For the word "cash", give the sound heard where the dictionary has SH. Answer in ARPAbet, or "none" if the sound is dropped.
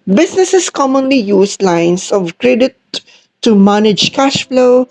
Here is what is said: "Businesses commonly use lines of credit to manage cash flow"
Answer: SH